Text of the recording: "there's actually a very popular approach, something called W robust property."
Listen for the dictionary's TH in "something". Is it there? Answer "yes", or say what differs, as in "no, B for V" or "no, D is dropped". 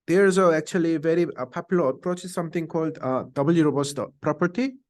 no, T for TH